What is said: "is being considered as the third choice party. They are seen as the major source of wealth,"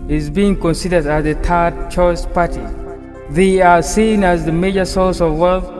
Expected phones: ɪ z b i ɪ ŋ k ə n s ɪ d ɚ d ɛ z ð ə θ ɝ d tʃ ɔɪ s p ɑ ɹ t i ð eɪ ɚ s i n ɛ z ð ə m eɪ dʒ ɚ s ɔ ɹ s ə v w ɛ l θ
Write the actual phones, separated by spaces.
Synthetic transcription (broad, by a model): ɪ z b i ɪ ŋ k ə n s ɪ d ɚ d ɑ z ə t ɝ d tʃ ɔɪ s p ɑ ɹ t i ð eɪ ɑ s i n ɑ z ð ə m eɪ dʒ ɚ s ɔ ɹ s ə v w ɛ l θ